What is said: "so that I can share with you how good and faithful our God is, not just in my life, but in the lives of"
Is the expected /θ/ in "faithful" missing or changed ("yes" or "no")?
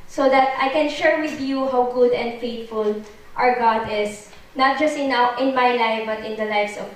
yes